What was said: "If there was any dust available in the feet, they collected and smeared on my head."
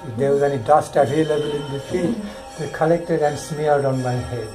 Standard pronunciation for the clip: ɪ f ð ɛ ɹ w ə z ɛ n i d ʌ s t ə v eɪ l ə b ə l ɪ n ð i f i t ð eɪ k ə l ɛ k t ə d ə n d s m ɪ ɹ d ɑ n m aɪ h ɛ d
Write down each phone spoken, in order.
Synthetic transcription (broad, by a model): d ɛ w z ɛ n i d ʌ s t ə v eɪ l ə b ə l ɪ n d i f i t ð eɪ k ə l ɛ k t ə d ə n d s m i l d ɑ n m aɪ h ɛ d